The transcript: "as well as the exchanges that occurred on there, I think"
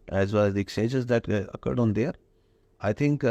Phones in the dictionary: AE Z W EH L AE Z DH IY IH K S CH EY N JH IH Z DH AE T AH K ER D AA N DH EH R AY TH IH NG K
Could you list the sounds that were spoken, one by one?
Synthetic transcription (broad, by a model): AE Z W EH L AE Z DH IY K S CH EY JH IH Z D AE T AH K ER D AA N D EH R AY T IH NG K